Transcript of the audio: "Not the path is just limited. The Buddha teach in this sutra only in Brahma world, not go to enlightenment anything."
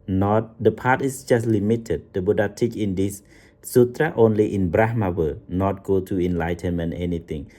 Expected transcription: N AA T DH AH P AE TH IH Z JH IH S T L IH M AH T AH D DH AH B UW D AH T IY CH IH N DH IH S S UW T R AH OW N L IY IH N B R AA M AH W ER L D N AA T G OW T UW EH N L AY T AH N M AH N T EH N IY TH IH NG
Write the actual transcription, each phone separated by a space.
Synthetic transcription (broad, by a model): N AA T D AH P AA T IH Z JH IH S T L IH M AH T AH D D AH B UW D AH T IY CH IH N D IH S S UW T R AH OW N L IY IH N B R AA M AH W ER N AA T G OW T UW EH N L AY T AH N M AH N T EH N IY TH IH NG